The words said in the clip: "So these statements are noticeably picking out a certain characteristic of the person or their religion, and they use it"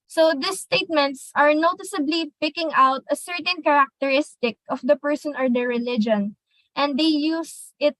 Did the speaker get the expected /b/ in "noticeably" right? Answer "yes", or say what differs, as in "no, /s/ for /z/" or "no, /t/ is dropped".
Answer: yes